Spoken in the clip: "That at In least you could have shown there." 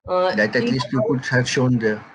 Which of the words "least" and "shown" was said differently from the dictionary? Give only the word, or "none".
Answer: none